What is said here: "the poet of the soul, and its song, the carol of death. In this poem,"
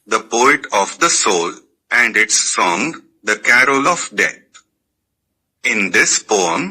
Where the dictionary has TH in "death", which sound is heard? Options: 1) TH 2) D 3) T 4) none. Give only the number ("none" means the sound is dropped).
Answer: 3